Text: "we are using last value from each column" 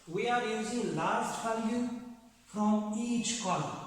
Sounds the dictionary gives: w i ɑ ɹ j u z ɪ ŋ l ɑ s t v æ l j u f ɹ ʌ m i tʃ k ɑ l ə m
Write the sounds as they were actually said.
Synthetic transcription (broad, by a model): w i ɑ ɹ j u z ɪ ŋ l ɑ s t f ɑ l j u f ɹ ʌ m i tʃ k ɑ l